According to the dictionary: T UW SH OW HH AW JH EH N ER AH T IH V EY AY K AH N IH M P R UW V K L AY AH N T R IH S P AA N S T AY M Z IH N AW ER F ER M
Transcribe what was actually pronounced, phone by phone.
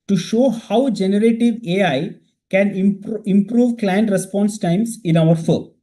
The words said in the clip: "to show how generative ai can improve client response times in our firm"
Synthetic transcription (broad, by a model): T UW SH OW HH AW JH EH N ER AH T IH V EY AY K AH N IH M P R UW V K L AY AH N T R IH S P AA N S T AY M S IH N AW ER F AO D